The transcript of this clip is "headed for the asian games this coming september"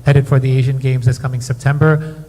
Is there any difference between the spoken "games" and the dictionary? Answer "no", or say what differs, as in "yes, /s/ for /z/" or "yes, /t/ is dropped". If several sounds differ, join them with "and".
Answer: no